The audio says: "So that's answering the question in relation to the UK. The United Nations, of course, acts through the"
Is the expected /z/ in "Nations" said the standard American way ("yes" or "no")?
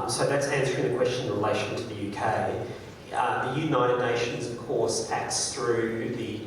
yes